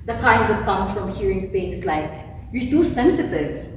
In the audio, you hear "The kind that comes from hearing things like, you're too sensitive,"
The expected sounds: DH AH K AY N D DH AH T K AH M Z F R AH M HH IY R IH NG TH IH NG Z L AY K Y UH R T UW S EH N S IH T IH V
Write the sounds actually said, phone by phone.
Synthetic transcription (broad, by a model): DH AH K AY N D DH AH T K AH M S F R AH M HH IY R IH NG F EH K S L AY K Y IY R T UW S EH N S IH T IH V